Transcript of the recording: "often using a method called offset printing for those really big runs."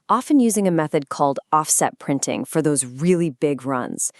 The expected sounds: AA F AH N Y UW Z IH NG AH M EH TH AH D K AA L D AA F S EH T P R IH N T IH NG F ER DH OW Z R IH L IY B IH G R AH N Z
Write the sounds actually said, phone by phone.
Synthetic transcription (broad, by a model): AA F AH N Y UW Z IH NG AH M EH TH AH D K AA L D AA F S EH T P R IH N T IH NG F ER DH OW Z R IH L IY B IH G R AH N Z